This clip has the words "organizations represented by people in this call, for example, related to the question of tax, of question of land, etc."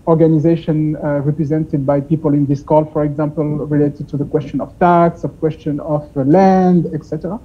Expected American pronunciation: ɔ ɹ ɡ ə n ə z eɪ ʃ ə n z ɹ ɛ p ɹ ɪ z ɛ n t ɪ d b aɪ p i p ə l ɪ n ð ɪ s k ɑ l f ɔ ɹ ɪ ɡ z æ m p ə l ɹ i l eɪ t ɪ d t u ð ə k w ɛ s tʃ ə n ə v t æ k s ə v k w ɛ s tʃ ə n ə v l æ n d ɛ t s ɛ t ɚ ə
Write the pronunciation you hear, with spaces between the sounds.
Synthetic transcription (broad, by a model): ɔ ɹ ɡ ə n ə z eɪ ʃ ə n ɹ ɛ p ɹ ɪ z ɛ n t ɪ d b aɪ p i p ə l ɪ n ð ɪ s k ɑ l f ɔ ɹ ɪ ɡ z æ m p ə l ɹ i l eɪ t ɪ d t u ð ə k w ɛ s tʃ ə n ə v t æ k s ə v k w ɛ s tʃ ə n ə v l æ n d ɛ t s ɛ t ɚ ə